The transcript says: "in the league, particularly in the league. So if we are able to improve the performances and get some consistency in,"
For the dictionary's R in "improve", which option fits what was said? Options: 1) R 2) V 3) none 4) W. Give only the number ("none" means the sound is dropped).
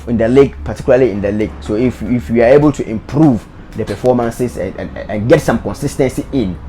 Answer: 1